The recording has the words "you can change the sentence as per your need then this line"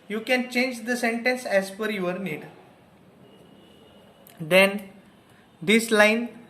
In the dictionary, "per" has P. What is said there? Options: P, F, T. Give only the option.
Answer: F